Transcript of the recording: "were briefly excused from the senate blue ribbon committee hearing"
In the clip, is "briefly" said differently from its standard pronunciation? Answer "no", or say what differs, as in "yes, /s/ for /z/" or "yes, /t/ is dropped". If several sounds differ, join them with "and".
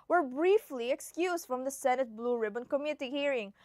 no